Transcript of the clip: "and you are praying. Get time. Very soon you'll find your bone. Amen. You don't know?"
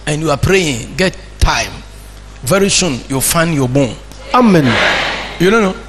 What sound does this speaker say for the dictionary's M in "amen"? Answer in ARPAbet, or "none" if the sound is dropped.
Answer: M